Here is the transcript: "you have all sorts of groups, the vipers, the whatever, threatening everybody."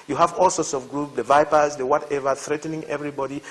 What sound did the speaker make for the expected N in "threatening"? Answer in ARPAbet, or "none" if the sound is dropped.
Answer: N